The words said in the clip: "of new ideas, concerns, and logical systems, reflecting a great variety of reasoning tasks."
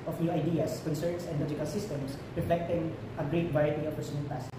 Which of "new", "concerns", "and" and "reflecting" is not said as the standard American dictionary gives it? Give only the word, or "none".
concerns